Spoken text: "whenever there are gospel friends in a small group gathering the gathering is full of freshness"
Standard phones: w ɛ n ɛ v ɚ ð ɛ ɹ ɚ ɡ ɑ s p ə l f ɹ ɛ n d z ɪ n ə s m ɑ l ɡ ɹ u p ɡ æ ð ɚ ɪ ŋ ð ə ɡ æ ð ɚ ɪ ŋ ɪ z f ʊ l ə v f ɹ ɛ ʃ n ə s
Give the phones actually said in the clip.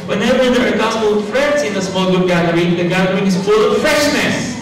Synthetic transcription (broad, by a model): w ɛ n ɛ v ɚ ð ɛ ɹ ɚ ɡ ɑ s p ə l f ɹ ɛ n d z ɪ n ə s m ɑ l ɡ u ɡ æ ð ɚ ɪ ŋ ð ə ɡ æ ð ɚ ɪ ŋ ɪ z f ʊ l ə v f ɹ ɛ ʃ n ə s